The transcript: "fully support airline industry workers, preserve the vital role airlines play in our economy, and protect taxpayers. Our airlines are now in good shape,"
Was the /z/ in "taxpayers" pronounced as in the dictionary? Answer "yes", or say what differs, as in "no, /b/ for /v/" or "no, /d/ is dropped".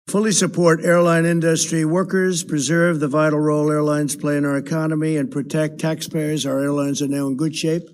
yes